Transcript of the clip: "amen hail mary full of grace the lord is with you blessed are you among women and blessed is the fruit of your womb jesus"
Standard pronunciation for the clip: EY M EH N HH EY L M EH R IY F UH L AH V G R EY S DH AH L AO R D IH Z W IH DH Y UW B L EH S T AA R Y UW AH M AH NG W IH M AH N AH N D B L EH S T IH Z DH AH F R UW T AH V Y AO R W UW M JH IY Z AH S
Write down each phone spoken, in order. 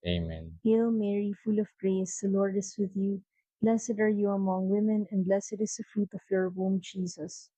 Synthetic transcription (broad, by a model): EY M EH N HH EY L M EH R IY F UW L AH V G R EY S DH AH L AO R D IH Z W IH DH Y UW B L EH S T AA R Y UW AH M AH NG W IH M AH N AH N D B L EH S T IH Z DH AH F R UW T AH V Y AO R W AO M JH IY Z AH S